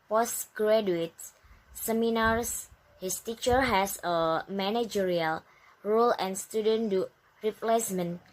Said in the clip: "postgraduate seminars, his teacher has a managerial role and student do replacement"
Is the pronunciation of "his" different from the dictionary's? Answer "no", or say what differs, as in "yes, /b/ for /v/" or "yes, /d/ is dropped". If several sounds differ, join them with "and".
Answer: yes, /s/ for /z/